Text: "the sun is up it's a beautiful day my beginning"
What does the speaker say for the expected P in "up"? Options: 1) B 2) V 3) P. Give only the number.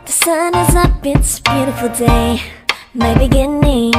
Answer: 1